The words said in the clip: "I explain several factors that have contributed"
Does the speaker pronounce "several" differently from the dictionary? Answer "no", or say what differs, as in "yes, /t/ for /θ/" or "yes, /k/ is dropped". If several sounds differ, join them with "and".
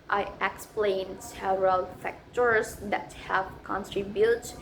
yes, /v/ is dropped